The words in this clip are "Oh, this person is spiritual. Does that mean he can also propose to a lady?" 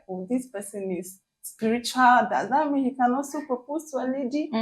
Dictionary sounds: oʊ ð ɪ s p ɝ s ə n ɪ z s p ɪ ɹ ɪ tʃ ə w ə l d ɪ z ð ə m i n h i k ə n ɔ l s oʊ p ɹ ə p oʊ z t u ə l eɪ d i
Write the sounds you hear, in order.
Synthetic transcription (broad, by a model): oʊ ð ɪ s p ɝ s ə n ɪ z s p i ɹ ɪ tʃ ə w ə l d ɪ z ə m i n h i k ə n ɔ s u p ə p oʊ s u ə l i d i